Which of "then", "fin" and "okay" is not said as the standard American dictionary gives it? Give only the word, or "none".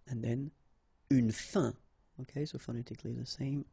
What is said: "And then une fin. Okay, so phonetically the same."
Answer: fin